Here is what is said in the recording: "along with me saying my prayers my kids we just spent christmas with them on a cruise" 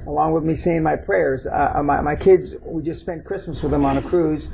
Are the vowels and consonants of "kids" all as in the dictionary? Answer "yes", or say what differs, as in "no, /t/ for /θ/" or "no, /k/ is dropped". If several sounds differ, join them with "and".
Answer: yes